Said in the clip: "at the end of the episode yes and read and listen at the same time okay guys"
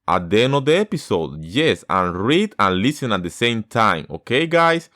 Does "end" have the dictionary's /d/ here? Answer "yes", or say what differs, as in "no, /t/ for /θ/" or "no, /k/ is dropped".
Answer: no, /d/ is dropped